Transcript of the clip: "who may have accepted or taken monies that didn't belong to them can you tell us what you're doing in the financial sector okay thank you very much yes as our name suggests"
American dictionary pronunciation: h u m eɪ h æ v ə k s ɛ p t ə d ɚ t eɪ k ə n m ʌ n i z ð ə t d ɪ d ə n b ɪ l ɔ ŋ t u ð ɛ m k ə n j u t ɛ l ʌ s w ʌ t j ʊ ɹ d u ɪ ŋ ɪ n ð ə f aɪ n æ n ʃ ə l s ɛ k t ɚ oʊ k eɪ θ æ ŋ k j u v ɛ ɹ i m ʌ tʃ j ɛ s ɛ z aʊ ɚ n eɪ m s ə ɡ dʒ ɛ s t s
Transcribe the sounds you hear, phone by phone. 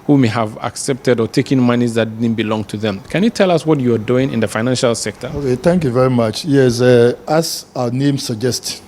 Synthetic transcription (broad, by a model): h u m eɪ h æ v ə k s ɛ p t ə d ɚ t eɪ k ə n m ʌ n i z ð ə t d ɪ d n b ɪ l ɔ ŋ t u ð ɛ m k ə n j u t ɛ l ʌ s w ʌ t j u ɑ d u ɪ ŋ ɪ n ð ə f aɪ n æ n ʃ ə l s ɛ k t ɚ oʊ k eɪ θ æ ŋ k j u v ɛ ɹ i m ʌ tʃ j ɛ s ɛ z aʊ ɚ n eɪ m s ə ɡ dʒ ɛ s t